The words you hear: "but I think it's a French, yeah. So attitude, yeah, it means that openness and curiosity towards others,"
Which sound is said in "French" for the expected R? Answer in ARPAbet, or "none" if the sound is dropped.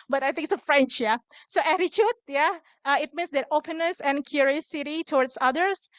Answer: R